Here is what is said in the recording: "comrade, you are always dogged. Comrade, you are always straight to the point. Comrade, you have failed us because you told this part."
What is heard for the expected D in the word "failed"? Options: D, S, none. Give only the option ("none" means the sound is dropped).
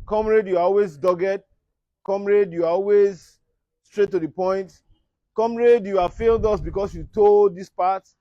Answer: D